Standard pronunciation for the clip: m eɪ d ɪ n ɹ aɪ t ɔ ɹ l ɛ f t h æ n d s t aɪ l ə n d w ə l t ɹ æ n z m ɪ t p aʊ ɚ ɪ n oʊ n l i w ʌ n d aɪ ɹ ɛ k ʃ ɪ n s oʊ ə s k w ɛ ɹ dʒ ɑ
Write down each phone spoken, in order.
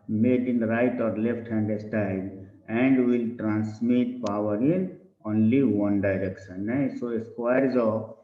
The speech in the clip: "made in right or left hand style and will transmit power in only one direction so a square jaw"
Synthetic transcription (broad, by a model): m eɪ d ɪ n ɹ aɪ t ɔ ɹ l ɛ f t h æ n d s t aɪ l ə n d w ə l t ɹ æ n s m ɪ t p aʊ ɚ ɪ n oʊ n l i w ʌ n d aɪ ɹ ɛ k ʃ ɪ n s oʊ ə s k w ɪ ɹ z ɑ